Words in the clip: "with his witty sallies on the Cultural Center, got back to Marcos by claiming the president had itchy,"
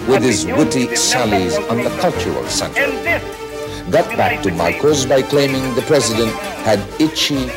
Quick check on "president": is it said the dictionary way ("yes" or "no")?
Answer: yes